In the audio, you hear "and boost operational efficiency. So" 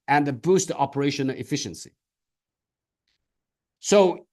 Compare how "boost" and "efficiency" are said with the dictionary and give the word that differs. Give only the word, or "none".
none